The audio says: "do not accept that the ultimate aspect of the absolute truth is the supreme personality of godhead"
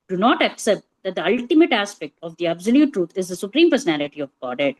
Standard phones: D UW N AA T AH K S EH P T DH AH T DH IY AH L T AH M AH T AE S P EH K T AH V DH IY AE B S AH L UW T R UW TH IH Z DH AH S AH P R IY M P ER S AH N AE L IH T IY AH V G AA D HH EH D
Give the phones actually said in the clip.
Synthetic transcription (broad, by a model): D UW N AA T AH K S EH P T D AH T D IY AH L T AH M AH T AE S P EH K T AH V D IY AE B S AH L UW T R UW T IH Z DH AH S AH P R IY M P ER S AH N AE L IH T IY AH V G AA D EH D